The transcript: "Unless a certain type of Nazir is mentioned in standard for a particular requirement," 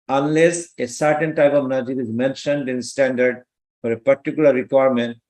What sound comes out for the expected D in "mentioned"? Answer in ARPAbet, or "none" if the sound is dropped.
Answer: D